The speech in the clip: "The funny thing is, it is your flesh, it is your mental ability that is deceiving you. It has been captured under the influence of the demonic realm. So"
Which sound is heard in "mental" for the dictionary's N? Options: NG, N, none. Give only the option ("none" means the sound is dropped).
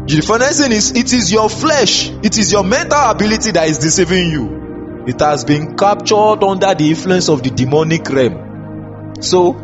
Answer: N